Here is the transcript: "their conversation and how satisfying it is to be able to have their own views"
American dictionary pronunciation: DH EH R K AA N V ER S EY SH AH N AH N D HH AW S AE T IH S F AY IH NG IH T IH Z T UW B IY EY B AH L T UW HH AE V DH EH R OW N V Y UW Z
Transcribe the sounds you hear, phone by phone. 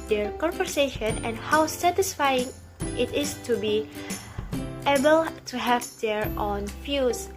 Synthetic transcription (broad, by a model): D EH R K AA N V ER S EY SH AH N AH N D HH AW S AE T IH S F AY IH NG IH T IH S T UW B IY EY B AH L T UW HH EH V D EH R OW N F Y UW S